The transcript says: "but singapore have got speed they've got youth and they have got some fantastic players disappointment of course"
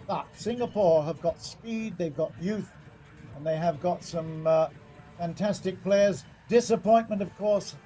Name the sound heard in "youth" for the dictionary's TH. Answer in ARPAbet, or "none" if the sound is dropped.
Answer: TH